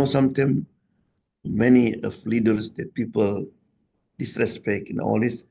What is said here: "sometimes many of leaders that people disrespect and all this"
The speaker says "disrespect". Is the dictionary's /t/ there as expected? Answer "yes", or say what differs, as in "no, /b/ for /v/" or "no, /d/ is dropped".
no, /t/ is dropped